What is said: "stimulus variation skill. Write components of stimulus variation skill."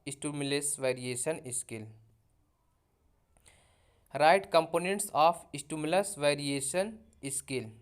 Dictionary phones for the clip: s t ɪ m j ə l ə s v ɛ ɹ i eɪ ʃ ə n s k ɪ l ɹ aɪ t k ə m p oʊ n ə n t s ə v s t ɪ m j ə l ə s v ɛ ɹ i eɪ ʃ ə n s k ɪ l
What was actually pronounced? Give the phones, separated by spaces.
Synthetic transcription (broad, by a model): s t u m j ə l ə s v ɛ ɹ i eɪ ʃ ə n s k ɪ l ɹ aɪ t k ə m p oʊ n ə n t s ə p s t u m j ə l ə s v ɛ ɹ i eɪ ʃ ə n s k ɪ l